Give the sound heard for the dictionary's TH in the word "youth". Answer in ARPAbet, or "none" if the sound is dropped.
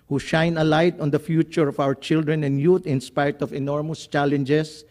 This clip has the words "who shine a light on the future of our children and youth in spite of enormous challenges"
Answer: T